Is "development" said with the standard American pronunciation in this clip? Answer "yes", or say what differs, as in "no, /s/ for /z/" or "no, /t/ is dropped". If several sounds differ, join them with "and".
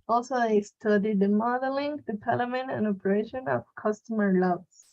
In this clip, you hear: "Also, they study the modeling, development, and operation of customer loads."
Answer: no, /p/ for /v/ and /p/ is dropped